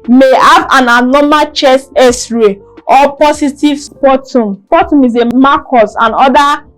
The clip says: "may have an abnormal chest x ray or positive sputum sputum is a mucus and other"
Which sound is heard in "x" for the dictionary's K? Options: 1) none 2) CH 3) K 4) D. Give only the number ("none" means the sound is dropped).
1